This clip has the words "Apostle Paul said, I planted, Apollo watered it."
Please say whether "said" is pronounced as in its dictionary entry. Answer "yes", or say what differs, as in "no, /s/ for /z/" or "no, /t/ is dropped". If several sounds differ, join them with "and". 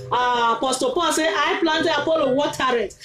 no, /d/ is dropped